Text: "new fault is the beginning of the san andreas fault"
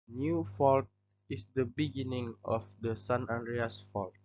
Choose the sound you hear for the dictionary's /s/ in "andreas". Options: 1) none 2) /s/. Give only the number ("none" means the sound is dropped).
2